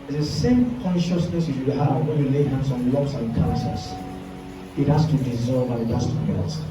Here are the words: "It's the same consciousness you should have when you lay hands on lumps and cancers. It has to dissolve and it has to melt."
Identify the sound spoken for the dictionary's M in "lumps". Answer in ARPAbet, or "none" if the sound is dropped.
none